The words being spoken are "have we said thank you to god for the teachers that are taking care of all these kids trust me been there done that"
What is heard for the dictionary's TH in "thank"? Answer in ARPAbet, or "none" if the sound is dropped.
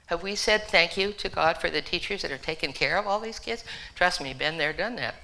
TH